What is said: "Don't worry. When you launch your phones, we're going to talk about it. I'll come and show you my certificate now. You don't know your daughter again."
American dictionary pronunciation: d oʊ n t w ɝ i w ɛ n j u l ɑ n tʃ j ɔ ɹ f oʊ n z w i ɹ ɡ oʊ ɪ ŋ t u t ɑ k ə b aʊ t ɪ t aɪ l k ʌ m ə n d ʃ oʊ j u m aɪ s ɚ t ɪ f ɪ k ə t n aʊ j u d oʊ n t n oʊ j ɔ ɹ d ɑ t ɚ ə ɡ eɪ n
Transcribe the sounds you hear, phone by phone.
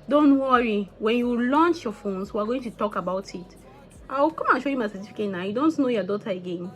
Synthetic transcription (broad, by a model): d oʊ n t w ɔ i w ɛ n j u l ɑ n tʃ j ɔ f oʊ n s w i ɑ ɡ oʊ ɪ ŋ t u t ɑ k ə b aʊ t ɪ t aɪ w k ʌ m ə n ʃ oʊ j u m aɪ s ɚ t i f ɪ k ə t n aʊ j u d oʊ n t n oʊ j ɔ d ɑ t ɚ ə ɡ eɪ n